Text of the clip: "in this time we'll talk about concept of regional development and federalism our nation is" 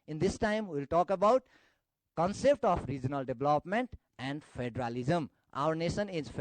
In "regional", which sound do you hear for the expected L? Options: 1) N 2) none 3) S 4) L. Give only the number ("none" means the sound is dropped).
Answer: 4